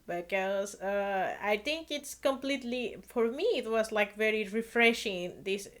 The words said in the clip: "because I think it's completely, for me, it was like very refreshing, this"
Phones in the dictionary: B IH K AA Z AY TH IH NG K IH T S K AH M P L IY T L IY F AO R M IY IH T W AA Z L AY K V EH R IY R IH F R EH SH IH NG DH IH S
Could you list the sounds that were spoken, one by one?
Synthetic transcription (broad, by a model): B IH K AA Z AY T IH NG K IH T S K AH M P L IY T L IY F AO R M IY IH T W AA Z L AY K V EH R IY R IH F R EH SH IH NG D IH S